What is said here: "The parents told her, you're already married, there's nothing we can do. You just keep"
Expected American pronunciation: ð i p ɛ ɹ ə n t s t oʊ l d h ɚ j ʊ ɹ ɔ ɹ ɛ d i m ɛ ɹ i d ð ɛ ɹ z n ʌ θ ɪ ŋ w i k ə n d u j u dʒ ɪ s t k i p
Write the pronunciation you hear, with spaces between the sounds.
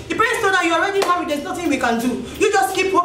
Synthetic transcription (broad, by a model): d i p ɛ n s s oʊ d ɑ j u ɔ ɹ ɛ d i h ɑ w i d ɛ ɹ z n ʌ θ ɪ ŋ w i k ə n d u j u dʒ ɪ s t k i p